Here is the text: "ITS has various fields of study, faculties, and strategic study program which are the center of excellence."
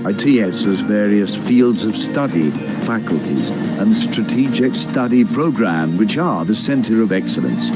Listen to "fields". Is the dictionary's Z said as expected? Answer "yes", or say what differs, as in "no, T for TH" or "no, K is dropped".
yes